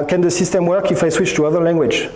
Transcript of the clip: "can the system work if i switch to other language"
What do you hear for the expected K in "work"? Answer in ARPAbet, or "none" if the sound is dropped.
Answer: K